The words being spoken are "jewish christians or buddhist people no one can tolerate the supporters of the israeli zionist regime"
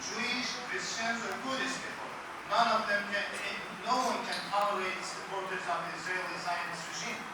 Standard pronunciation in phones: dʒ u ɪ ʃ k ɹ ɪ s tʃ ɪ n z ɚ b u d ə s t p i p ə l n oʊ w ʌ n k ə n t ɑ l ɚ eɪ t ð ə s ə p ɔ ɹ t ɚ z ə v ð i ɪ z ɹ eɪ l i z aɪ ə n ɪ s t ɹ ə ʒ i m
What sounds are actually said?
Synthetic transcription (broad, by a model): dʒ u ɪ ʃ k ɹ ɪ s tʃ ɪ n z ɚ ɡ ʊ d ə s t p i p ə n n oʊ w ʌ n k ə n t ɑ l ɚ eɪ t s ə p ɔ ɹ t ɚ z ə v ð i ɪ z ɹ eɪ l i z aɪ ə n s ɹ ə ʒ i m